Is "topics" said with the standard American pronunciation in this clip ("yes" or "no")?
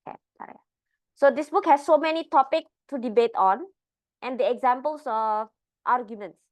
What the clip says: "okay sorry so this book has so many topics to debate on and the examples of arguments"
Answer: no